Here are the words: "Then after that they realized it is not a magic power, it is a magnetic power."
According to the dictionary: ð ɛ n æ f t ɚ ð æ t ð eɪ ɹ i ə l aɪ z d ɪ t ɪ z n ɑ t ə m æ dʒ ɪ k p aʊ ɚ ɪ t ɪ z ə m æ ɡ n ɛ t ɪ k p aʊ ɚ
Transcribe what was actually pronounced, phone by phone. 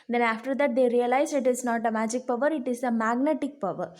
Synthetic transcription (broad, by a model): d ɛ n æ f t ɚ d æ t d eɪ ɹ i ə l aɪ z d ɪ t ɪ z n ɑ t ə m æ dʒ ɪ k p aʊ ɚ ɪ t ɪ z ə m æ ɡ n ɛ t ɪ k p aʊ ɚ